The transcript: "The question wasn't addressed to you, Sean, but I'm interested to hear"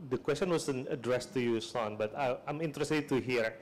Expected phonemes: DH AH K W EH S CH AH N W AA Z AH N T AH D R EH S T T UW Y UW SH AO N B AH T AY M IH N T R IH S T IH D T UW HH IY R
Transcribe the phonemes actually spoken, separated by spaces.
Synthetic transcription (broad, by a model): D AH K W EH S CH AH N W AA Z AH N AH D R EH S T T UW Y UW S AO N B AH T AY M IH N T R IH S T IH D T UW HH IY R